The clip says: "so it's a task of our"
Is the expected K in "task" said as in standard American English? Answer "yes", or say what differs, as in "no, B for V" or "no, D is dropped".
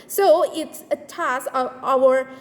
no, K is dropped